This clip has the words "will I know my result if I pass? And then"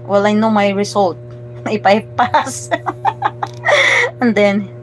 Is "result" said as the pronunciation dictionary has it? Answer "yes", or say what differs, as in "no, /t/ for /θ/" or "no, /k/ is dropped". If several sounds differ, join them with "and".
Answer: no, /s/ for /z/